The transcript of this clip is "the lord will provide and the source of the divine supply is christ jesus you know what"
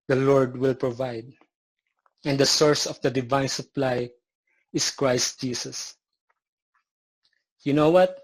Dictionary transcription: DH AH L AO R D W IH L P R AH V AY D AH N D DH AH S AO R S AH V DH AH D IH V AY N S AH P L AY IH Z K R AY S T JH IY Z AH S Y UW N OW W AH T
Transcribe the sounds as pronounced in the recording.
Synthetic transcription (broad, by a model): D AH L AO R D W IH L P R AH V AY D AH N D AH S AO R S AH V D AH D IH V AY N S AH P L AY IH S K R AY S T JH IY S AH S Y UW N OW W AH T